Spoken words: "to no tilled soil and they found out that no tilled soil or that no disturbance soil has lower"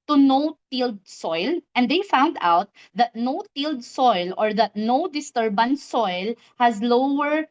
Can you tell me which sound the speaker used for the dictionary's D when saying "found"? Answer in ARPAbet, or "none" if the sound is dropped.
D